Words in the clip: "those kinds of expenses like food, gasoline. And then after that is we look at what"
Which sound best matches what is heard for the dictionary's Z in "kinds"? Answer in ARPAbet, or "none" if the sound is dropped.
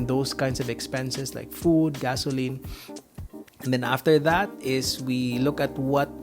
S